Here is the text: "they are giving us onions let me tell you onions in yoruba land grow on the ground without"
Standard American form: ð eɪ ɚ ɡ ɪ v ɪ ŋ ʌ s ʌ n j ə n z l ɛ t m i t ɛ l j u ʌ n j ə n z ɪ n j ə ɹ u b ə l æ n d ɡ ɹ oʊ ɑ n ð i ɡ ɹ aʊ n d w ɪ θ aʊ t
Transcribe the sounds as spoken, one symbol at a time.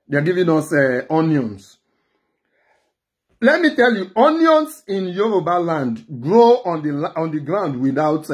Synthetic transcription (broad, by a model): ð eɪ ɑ ɡ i v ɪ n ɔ s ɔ n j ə n s l ɛ t m i t ɛ l j u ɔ n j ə n s ɪ n j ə ɹ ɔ b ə l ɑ n d ɡ ɹ oʊ ɑ n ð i ɡ ɹ aʊ n d w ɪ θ aʊ t